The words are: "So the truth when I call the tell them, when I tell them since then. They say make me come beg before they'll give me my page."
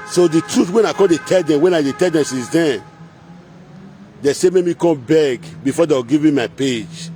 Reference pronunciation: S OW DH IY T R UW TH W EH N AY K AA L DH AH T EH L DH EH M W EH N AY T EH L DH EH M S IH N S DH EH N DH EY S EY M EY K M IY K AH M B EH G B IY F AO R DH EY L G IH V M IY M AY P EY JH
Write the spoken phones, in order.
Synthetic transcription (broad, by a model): S OW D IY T R UW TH W EH N AY K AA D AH T EH L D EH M W EH N AY T EH L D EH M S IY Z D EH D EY S EY M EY M IY K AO M B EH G B IY F AO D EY W G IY V M IY M AY P EY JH